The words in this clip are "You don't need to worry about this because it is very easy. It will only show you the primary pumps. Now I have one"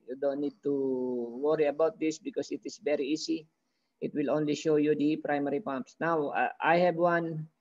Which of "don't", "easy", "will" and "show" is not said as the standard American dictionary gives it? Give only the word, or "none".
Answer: easy